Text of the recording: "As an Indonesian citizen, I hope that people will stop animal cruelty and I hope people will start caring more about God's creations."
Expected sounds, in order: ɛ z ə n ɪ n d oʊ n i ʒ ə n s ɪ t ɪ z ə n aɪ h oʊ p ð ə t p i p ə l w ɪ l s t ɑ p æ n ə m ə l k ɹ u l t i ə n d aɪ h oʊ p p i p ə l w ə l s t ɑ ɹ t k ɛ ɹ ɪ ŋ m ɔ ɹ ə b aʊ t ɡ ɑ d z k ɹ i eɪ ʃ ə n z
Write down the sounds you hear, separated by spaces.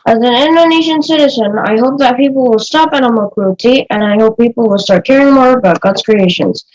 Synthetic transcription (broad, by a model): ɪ z ə n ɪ n d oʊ n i ʃ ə n s ɪ t ɪ z ə n aɪ h oʊ p ð ə t p i p l w ɪ l s t ɑ p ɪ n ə m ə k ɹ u t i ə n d aɪ h oʊ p p i p l w ə l s t ɑ ɹ t k ɛ ɹ ɪ ŋ m ɔ ɹ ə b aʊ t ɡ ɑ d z k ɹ i eɪ ʃ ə n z